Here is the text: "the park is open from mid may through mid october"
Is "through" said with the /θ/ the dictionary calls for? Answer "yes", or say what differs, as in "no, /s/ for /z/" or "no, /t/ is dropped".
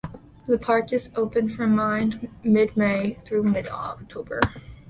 yes